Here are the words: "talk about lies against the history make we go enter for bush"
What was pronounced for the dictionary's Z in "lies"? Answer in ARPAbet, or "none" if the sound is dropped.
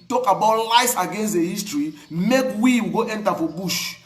S